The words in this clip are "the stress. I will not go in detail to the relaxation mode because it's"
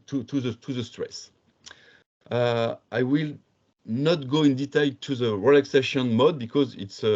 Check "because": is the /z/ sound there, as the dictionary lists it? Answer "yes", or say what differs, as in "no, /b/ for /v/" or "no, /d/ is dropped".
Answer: yes